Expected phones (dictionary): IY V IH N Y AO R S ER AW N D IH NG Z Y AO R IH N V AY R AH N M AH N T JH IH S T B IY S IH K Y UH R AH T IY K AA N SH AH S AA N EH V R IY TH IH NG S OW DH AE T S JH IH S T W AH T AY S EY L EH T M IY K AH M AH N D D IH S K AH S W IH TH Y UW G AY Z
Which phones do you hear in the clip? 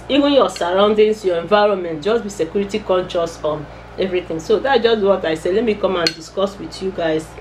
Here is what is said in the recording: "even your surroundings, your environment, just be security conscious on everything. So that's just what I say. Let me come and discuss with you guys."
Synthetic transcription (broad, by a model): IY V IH N Y AO S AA AW N D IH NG S Y AO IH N V AY R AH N M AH N T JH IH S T B IY S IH K Y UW R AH T IY K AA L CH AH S AA N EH V R IY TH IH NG S OW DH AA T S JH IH S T W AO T AY S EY L EH T M IY K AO M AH N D D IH S K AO S W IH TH Y UW G AY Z